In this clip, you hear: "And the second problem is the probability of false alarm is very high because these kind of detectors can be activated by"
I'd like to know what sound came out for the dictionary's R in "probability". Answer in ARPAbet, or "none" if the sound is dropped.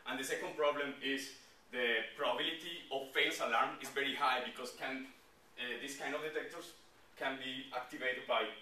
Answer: R